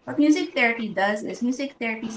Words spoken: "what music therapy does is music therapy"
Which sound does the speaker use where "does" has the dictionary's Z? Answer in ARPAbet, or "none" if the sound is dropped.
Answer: Z